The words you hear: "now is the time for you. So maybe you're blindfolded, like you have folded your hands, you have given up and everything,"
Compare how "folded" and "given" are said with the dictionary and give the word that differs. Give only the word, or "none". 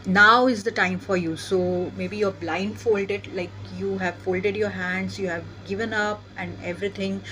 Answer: none